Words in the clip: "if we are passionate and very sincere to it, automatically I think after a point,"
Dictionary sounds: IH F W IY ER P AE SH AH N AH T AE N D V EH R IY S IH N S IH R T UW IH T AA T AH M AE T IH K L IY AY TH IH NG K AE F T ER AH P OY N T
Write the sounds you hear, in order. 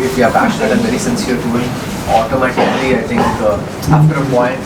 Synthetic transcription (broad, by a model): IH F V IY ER P AE SH AH N AH T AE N V EH R IY S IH N S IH R T UW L AA T AH M AE T IH K L IY AY T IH NG K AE P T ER AH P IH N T